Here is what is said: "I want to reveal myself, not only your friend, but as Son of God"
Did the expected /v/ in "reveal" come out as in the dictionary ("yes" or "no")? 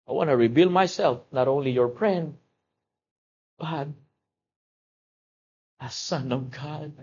no